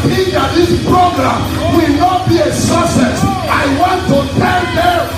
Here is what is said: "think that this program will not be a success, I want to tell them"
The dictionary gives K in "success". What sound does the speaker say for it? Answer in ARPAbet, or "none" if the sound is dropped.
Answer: none